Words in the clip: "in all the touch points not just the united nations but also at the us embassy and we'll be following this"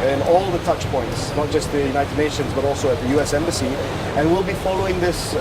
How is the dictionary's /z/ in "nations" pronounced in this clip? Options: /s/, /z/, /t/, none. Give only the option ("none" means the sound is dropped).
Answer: /z/